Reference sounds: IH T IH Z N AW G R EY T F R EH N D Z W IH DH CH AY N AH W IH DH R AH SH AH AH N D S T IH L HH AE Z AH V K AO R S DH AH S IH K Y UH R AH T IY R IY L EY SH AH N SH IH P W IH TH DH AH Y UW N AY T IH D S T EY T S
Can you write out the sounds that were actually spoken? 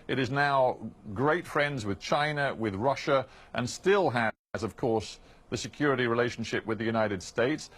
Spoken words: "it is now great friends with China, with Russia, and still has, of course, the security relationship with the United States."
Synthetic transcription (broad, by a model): IH T IH Z N AW G R EY T F R EH N D Z W IH DH CH AY N AH W IH DH R AH SH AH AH N S T IH L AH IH Z AH V K AO R S DH AH S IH K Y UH R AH T IY R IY L EY SH N SH IH P W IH DH AH Y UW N AY T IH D S T EY T S